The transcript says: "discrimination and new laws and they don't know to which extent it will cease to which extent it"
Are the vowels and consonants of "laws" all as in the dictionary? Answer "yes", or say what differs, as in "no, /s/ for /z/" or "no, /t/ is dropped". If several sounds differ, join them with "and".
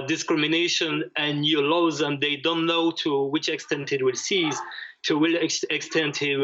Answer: yes